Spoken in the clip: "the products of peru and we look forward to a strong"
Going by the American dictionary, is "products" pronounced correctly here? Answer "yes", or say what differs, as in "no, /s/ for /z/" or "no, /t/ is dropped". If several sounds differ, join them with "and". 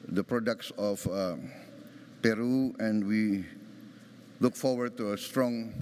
yes